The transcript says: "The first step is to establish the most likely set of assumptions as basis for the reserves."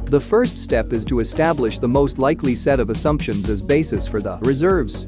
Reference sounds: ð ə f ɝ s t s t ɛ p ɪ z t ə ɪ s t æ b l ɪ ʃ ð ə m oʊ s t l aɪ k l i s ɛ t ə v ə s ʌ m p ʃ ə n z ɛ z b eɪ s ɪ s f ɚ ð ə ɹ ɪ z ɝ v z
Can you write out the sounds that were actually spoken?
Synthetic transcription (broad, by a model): ð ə f ɝ s t s t ɛ p ɪ z t ə ɪ s t æ b l ɪ ʃ ð ə m oʊ s t l aɪ k l i s ɛ t ə v ə s ʌ m p ʃ ə n z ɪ z b eɪ s ɪ s f ɚ ð ə ɹ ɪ z ɝ v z